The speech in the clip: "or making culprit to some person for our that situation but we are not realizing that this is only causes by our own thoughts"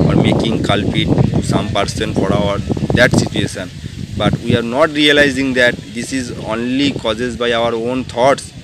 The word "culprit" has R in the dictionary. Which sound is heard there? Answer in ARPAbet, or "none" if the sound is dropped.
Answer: none